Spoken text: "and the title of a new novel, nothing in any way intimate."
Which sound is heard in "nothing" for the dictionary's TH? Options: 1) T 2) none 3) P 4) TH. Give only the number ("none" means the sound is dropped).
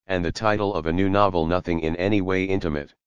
4